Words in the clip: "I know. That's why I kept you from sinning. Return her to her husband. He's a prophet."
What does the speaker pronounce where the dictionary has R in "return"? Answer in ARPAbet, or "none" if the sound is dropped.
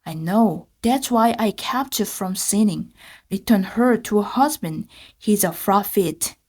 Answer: R